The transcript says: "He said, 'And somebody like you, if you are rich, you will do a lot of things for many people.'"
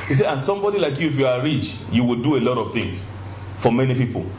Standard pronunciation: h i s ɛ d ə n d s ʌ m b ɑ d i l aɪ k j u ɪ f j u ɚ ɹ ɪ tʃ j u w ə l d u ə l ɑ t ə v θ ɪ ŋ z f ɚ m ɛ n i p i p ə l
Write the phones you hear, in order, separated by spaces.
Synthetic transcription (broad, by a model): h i s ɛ ə n s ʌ m b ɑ d i l aɪ k j u ɪ f j u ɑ ɹ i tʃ j u w ə l d u ə l ɑ t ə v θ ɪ ŋ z f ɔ m ɛ n i p i p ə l